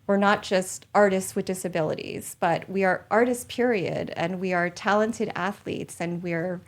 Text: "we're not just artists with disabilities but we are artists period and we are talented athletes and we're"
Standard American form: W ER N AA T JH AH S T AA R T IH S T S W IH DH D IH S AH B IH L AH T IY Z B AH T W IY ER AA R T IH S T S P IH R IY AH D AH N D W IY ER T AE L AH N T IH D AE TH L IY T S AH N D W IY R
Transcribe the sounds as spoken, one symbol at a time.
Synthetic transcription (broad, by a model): W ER N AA T JH AH S T AA R T IH S T S W IH DH D IH S AH B IH L AH T IY Z B AH T W IY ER AA R T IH S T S P IH R IY AH D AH N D W IY ER T AE L AH N T IH D AE TH L IY T S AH N W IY R